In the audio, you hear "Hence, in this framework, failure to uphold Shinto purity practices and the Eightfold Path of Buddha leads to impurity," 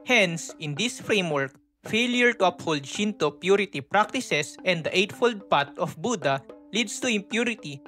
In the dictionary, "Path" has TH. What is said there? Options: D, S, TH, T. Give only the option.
T